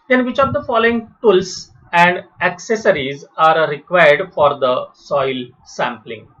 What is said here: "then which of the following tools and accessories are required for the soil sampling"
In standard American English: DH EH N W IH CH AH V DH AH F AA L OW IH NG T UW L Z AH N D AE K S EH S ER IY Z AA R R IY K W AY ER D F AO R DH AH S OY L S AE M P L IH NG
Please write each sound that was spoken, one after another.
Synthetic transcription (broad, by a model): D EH N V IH CH AH V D AH F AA L OW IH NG T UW L S AH N D AE K S EH S ER IY Z AA R R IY K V AY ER D F AO R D AH S OY L S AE M P L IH NG